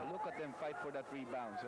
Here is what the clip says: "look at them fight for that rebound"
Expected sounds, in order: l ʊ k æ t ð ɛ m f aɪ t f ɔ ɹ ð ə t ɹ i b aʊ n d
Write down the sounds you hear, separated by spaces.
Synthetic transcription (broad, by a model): l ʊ k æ t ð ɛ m f aɪ t f ɔ ɹ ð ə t ɹ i b aʊ n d